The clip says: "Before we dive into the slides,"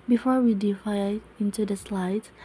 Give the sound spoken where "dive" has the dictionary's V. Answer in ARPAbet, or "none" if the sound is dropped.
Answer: none